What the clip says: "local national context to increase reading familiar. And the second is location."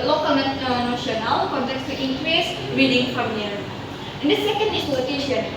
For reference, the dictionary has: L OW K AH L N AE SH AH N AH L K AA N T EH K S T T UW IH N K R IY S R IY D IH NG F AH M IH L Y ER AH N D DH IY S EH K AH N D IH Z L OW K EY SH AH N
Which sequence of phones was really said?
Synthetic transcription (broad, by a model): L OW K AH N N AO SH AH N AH W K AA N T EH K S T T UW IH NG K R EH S R IY D IH NG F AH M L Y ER AH N D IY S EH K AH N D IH S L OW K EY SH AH N